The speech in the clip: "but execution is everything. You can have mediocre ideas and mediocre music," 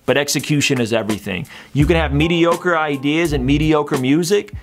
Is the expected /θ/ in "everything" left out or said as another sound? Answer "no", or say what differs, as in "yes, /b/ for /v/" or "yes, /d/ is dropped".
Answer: no